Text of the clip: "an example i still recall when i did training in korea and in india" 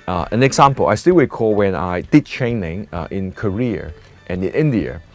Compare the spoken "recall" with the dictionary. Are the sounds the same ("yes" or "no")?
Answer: no